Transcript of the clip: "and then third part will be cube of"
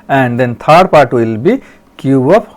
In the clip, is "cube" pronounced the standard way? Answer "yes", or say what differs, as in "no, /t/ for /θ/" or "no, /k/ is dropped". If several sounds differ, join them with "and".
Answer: no, /b/ is dropped